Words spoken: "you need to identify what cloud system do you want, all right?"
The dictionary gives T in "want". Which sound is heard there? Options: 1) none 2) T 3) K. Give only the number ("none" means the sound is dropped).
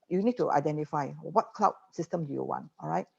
2